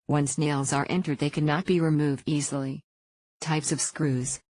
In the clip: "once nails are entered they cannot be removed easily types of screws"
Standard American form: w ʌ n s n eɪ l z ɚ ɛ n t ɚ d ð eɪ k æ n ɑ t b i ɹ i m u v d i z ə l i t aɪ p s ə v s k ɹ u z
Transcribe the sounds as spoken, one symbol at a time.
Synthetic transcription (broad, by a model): w ʌ n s n eɪ l z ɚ ɛ n t ɚ d ð eɪ k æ n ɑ t b i ɹ i m u v d i z l i t aɪ p s ə v s k ɹ u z